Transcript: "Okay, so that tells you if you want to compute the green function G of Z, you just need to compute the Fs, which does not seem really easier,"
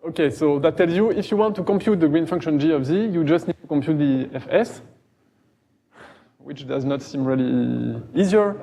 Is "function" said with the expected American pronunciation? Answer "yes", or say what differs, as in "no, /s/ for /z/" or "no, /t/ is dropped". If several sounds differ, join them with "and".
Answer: yes